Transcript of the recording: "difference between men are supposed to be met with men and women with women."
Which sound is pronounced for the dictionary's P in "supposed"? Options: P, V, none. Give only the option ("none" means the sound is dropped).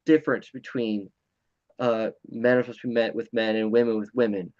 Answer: none